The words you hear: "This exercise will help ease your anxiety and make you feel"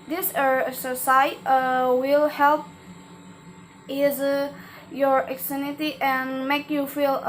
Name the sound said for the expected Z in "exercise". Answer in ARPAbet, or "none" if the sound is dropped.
none